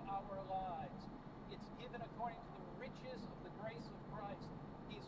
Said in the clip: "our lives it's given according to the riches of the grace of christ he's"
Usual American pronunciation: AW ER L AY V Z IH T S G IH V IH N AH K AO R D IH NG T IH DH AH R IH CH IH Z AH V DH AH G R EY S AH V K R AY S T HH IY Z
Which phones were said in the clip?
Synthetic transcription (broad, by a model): AW ER L AY V Z IH T S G IH V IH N AH K AO R D IH NG T IH DH AH R IH CH IH Z AH V DH AH G R EY S AH V K R AY S T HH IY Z